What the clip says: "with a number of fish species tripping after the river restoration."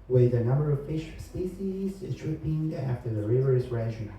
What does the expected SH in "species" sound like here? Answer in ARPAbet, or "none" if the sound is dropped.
S